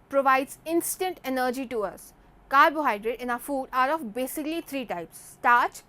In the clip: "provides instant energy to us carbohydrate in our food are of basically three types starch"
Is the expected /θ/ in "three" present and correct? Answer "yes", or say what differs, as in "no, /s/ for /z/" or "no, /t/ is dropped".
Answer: no, /t/ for /θ/